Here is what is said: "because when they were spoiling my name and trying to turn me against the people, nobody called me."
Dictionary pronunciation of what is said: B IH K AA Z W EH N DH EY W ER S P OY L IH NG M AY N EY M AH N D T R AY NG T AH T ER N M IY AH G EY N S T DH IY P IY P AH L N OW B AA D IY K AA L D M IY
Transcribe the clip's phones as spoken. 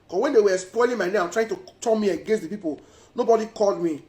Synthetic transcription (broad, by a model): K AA W EH N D EY W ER S P OY L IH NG M AY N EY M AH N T R AY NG T AH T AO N M IY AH G EY N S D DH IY P IY P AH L N OW B AA D IY K AA L D M IY